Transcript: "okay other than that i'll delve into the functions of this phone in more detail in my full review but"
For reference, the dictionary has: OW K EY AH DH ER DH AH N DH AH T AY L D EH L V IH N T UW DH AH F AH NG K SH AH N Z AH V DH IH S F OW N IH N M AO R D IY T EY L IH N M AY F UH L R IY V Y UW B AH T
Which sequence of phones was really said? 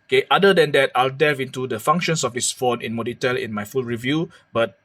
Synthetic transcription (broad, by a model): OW K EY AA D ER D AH N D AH T AY L D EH V IH N T UW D AH F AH NG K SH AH N S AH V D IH S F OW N IH N M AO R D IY T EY L IH N M AY F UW L R IY V Y UW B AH T